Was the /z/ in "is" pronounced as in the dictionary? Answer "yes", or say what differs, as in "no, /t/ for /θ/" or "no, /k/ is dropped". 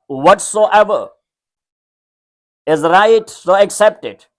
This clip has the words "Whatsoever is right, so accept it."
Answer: yes